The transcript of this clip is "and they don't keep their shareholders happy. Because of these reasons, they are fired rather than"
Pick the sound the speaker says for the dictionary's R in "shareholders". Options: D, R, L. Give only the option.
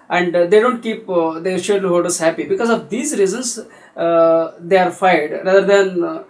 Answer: L